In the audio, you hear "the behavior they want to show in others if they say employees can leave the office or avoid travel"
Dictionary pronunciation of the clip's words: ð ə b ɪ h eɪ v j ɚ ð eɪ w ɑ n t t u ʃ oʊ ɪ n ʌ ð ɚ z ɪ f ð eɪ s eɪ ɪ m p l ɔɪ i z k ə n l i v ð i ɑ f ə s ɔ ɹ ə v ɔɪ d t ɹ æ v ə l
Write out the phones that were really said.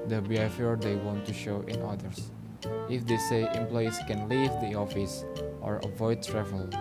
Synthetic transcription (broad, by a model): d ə b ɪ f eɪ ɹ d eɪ w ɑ n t t u ʃ oʊ ɪ n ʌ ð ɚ s ɪ f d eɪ s eɪ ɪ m p l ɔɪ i s k ə n l i v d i ɑ f ə s ɔ ɹ ə v ɔɪ d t ɹ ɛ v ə l